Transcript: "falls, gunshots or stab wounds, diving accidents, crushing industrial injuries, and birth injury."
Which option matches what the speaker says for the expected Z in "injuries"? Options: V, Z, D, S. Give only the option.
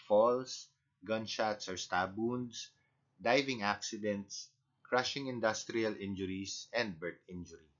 S